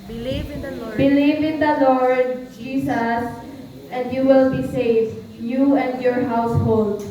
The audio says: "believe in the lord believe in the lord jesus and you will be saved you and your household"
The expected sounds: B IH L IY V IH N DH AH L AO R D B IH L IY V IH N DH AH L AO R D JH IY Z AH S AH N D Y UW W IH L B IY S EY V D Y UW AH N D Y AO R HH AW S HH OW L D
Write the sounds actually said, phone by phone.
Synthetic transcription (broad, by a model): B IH L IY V IH N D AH L AO R D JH IY S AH S AH N D Y UW W IH L B IY S EY V D Y UW AH N D Y AO R HH AW S HH OW L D